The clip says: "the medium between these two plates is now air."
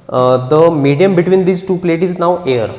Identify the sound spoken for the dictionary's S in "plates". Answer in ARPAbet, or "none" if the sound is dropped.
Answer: none